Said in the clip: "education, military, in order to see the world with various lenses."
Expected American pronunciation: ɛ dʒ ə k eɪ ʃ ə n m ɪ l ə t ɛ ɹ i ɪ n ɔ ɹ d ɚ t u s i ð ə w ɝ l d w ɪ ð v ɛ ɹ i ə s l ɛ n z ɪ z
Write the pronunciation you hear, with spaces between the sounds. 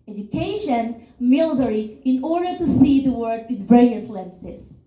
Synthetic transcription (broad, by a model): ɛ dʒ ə k eɪ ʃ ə n m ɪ l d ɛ ɹ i ɪ n ɔ ɹ d ɚ t u s i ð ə w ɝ d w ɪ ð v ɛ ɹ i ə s l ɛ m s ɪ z